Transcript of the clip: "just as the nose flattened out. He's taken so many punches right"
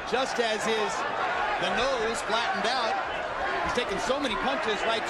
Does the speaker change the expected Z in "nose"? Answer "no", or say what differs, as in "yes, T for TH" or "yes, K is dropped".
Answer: no